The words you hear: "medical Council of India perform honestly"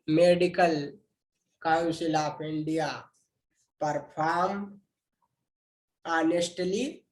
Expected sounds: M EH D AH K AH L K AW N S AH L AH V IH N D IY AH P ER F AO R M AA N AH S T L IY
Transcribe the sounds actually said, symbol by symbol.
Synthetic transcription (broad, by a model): M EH D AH K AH L K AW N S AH L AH P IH N D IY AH P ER P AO R M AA N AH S T L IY